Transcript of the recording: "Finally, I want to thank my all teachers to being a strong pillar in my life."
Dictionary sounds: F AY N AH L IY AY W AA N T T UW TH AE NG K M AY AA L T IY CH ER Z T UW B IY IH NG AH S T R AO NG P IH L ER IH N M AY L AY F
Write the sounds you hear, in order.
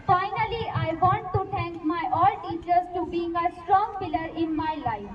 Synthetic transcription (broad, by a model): F AY N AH L IY AY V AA N T T UW T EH NG K M AY AA L T IY CH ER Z T UW B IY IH NG AH S T R AO NG P IH L ER IH N M AY L AY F